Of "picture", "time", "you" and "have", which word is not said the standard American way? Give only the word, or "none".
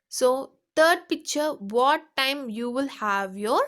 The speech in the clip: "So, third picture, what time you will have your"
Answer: none